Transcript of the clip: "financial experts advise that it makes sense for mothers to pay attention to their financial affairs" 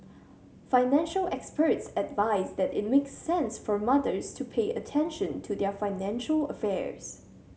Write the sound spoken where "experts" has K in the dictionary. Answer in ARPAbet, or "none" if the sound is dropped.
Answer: K